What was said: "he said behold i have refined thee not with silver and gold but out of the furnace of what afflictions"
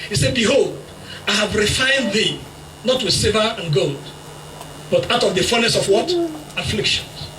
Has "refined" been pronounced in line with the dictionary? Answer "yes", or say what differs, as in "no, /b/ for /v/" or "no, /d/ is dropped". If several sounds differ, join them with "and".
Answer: yes